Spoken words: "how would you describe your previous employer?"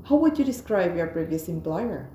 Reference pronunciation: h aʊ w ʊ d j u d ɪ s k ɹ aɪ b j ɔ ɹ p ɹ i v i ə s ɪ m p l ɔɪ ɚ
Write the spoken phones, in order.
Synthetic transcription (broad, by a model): h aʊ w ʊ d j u d ɪ s k ɹ aɪ b j ɔ ɹ b ɹ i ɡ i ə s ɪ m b l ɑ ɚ